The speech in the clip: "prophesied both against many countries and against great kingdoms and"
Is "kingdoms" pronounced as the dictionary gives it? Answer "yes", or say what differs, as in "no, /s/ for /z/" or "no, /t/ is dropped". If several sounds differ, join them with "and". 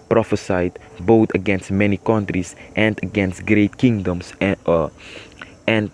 no, /s/ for /z/